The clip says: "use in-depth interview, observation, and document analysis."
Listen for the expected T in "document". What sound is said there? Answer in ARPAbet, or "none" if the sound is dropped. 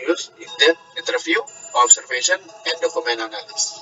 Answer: none